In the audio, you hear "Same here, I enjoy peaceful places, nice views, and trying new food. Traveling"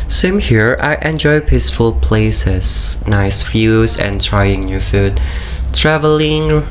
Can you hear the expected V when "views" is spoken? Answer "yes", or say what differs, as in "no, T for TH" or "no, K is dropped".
no, F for V